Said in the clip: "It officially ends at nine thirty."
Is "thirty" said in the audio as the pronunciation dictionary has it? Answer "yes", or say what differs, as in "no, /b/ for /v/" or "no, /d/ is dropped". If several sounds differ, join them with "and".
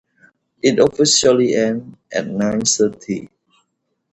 no, /s/ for /θ/